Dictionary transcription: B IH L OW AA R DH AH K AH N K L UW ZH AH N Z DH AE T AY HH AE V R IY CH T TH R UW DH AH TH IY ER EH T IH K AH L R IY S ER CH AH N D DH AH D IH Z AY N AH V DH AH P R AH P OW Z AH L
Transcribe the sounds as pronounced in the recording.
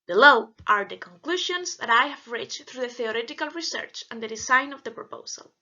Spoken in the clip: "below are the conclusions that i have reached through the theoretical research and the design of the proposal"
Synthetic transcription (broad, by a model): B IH L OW AA R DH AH K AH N K L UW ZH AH N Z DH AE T AY HH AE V R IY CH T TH R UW DH AH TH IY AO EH T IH K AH L R IY S ER CH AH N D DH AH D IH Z AY N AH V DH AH P R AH P OW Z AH L